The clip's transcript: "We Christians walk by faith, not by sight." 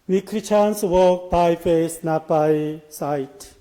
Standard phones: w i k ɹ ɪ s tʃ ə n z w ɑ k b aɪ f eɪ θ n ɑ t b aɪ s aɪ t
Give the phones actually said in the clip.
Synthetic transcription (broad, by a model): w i k ɹ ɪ tʃ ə n s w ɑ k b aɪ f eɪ s n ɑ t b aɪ s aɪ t